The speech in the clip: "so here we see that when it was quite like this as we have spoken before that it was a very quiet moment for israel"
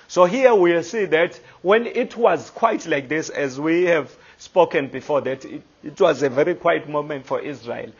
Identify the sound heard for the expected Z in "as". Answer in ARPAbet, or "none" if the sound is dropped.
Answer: Z